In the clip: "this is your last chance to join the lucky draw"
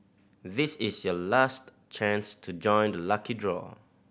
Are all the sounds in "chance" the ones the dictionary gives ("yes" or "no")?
yes